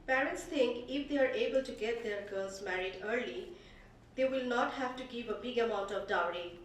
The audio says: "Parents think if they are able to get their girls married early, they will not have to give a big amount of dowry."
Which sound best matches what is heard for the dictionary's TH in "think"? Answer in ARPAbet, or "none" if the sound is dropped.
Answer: T